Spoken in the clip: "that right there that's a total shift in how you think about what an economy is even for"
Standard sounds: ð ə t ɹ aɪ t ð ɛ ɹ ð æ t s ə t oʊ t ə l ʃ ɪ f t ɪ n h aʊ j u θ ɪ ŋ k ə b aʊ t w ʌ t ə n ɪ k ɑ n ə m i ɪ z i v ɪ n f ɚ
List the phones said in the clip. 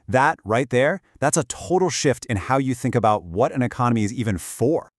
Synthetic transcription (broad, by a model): ð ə t ɹ aɪ t ð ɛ ɹ ð æ t s ə t oʊ t l ʃ ɪ f t ɪ n h aʊ j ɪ θ ɪ ŋ k ə b aʊ t w ʌ t ə n ɪ k ɑ n ə m i ɪ z i v ɪ n f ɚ